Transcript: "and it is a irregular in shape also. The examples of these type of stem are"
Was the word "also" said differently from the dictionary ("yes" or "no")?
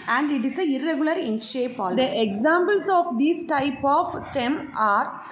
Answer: yes